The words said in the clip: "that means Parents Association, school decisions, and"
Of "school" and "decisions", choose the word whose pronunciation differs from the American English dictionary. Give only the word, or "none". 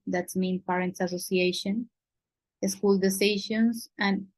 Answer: decisions